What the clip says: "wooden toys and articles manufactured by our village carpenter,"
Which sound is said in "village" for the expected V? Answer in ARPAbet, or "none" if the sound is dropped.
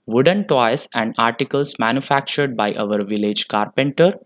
V